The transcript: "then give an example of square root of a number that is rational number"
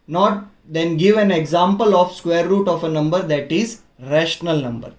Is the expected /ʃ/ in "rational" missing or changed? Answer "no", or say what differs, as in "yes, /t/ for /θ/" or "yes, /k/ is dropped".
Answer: no